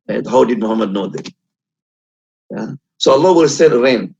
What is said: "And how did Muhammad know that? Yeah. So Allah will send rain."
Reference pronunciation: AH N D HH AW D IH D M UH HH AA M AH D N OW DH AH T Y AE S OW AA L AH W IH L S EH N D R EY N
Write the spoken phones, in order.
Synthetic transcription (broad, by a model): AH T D HH AW D IH D M UH HH AA M AH D N OW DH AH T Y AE S OW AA L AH W IH L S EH D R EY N